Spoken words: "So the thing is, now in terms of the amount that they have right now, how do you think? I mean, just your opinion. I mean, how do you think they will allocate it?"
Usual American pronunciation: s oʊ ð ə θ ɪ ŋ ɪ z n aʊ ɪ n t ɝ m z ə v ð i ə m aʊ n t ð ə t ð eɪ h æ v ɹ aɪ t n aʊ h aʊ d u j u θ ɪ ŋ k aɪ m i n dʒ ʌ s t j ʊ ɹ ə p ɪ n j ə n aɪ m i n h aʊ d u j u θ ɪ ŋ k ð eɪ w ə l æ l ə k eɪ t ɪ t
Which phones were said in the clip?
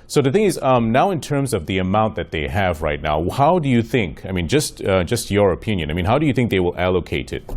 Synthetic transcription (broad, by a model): s oʊ ð ə θ ɪ ŋ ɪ z n aʊ ɪ n t ɝ m z ə v ð i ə m aʊ n ð ə t ð eɪ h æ v ɹ aɪ t n aʊ h aʊ d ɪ j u θ ɪ ŋ k aɪ m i n dʒ ʌ s t j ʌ ɹ ə p ɪ n j ə n aɪ m i n h aʊ d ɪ j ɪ θ ɪ ŋ k ð eɪ w ə l æ l ə k eɪ t ɪ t